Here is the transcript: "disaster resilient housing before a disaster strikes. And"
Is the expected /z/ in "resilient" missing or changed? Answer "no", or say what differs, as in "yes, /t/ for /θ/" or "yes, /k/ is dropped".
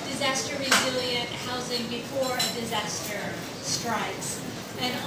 no